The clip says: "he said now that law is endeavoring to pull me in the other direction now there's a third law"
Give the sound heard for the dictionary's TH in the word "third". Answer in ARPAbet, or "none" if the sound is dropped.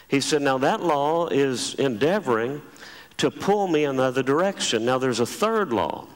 TH